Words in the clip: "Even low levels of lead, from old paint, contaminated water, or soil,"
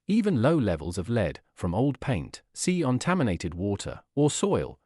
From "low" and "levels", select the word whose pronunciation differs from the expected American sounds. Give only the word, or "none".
none